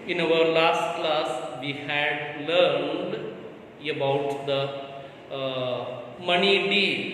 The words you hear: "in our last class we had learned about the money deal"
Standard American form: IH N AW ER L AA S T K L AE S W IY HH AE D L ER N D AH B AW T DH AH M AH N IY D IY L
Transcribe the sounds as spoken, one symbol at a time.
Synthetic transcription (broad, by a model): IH N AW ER L AA S T K L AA S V IY HH AE D L ER N D AH B AW T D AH M AH N IY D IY